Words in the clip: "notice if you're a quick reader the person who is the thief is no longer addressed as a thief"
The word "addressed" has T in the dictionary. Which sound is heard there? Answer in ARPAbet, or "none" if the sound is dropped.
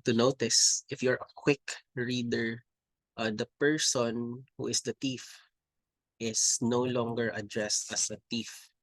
T